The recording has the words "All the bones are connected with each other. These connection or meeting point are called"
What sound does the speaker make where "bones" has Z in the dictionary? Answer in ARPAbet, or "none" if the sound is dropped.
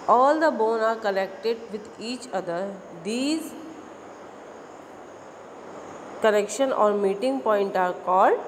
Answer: none